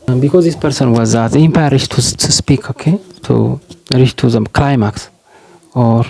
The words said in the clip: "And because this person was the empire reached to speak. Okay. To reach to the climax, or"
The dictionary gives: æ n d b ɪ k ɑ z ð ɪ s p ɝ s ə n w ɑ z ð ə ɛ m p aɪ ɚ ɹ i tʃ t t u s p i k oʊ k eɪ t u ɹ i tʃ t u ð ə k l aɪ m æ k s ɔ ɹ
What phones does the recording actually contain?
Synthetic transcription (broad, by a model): b ɪ k ɑ z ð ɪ s p ɝ s ə n w ɑ z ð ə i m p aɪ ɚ ɹ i ʃ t t u s p i k oʊ k eɪ t u ɹ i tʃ t u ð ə k l aɪ m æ k s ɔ ɹ